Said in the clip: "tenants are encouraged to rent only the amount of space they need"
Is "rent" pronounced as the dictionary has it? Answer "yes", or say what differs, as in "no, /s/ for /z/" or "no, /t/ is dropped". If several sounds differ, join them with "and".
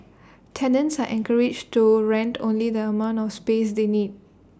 yes